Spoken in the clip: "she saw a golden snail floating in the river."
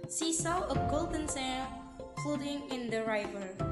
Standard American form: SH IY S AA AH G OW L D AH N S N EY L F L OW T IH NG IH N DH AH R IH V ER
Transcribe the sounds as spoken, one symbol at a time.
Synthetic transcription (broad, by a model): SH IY S AA AH G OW L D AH N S EY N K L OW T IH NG IH N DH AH R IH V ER